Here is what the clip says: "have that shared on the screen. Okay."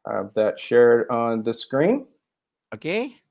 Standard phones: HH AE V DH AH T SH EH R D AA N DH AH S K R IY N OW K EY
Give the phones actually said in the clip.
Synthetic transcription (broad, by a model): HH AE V DH AH T SH EH R D N DH AH S K R IY N OW K EY